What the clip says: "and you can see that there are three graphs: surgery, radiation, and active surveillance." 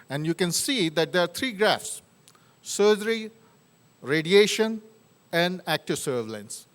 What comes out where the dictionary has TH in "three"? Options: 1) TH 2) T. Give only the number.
2